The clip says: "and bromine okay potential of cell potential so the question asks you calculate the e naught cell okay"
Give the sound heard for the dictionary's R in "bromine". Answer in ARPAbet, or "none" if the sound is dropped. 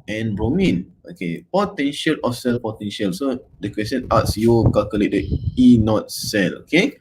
R